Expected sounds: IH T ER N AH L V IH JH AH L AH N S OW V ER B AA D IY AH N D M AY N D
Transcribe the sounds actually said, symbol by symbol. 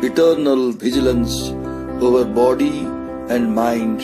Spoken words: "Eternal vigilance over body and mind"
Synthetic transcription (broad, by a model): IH T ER N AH L V IH JH AH L AH N S OW V ER B AA D IY AH N D M AY N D